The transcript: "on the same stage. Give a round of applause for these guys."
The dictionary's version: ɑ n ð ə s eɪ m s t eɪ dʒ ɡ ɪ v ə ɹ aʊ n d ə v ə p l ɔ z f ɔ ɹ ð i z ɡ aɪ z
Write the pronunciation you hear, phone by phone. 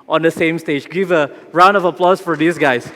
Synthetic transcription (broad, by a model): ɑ n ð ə s eɪ m s t eɪ dʒ ɡ ɪ v ə ɹ aʊ n d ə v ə p l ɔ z f ɔ ɹ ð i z ɡ aɪ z